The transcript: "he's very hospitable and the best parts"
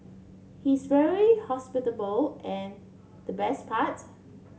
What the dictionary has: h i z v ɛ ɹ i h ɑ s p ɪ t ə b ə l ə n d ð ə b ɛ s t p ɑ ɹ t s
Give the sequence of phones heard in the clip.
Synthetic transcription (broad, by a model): h i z v ɛ ɹ i h ɑ s p ɪ t ə b ə l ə n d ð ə b ɛ s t p ɑ t